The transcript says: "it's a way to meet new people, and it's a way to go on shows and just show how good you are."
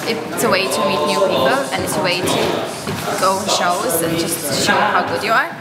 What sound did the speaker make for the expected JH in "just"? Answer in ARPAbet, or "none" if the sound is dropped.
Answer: JH